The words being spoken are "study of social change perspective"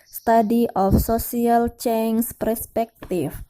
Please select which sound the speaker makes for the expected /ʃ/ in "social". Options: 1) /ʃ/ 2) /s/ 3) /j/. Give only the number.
2